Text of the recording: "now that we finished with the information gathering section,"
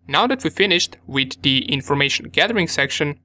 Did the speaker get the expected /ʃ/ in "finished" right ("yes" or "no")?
yes